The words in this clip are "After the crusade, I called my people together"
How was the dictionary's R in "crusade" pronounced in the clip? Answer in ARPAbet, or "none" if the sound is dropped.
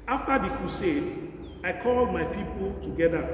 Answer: none